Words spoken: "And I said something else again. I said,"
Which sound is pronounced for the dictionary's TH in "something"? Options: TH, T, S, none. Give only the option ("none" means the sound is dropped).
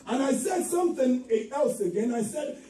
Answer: TH